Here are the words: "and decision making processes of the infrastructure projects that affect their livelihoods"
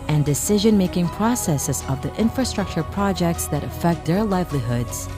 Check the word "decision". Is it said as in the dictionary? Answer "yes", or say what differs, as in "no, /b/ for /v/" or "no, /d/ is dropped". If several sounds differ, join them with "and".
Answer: yes